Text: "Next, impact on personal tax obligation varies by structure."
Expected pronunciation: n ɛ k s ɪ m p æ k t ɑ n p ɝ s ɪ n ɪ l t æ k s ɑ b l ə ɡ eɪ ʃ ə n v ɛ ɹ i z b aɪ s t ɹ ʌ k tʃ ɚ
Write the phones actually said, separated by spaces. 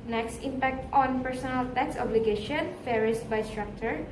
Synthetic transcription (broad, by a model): n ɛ k s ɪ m p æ k t ɑ n p ɝ s ɪ n ɪ l t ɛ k s ɑ b l ə ɡ eɪ ʃ ə n f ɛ ɹ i s b aɪ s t ɹ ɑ k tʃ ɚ